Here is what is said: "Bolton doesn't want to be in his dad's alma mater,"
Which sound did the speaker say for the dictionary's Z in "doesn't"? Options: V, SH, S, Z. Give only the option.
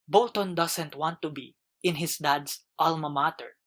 S